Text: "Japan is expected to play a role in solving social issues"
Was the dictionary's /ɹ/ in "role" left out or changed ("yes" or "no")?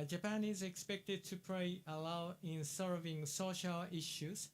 yes